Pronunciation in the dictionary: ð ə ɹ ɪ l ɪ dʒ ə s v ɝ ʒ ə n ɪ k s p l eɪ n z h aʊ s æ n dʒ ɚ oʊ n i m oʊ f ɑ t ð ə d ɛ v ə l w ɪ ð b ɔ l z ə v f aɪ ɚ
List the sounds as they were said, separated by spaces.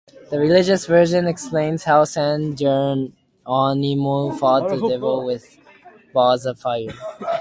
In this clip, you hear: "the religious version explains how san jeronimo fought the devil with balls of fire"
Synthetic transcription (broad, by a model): ð ə ɹ ɪ l ɪ dʒ ə s v ɝ ʒ ə n ɪ k s p l eɪ n z h aʊ s æ n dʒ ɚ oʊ n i m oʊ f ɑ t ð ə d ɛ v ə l w ɪ ð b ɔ z ə v f aɪ ɚ